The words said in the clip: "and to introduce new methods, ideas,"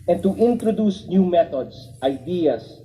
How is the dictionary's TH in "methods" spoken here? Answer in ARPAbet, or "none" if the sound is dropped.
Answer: T